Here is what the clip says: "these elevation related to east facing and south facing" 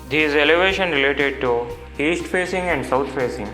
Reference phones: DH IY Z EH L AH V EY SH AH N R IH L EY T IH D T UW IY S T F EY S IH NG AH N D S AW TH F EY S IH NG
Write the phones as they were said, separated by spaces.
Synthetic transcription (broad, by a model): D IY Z EH L AH V EY SH AH N R IH L EY T IH D T UW IY S T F EY S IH NG AH N D S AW T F EY S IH NG